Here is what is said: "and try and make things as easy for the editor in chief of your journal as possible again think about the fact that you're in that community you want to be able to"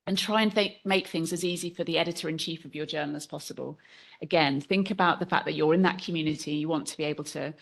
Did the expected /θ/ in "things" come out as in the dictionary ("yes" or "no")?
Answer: yes